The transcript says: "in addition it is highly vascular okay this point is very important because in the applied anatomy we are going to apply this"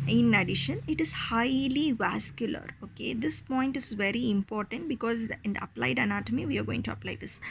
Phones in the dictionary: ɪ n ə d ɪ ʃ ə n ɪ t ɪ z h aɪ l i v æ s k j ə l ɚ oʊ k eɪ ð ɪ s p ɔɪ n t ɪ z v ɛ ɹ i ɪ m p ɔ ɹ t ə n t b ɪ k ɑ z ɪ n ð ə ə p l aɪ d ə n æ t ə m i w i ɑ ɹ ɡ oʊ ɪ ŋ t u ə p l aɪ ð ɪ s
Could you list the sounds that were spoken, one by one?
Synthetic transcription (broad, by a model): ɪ n ə d ɪ ʃ ə n ɪ t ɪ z h aɪ l i v æ s k j ə l ɚ oʊ k eɪ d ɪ s p ɔɪ n t ɪ z v ɛ ɹ i ɪ m p ɔ ɹ t ə n t b ɪ k ɑ z ɪ n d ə ə p l aɪ d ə n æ t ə m i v i ɑ ɹ ɡ oʊ ɪ ŋ t u ə p l aɪ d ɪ s